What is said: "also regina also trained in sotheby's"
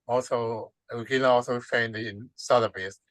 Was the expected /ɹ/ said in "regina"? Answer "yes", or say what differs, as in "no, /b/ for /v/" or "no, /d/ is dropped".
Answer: no, /w/ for /ɹ/